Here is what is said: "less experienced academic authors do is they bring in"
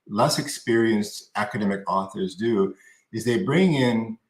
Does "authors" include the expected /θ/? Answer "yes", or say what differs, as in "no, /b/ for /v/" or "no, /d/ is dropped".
yes